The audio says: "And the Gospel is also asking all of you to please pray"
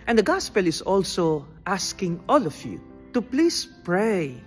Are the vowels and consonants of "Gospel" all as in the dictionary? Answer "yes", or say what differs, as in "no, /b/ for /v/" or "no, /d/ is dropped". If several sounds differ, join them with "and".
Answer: yes